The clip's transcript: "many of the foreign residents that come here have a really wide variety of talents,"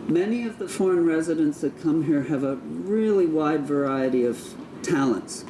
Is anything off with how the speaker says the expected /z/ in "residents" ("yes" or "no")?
no